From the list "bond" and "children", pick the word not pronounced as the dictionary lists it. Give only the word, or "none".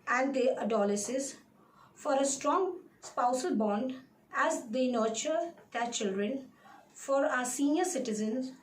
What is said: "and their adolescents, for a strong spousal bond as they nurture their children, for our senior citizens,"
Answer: none